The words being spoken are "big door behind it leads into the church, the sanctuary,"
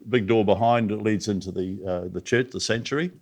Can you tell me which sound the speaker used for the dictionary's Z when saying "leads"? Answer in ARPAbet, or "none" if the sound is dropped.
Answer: Z